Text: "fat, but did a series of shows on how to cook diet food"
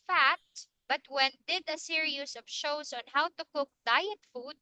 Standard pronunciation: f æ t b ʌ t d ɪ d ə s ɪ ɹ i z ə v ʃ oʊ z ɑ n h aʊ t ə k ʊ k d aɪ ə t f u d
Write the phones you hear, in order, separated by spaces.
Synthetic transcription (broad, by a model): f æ t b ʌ t d ɪ d ə s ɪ ɹ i s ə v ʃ oʊ s ɑ n h aʊ t ə k ʊ k d aɪ ə t f u d